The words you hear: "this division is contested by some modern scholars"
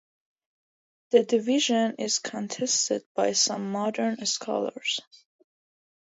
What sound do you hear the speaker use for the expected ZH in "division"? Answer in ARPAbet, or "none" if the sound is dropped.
ZH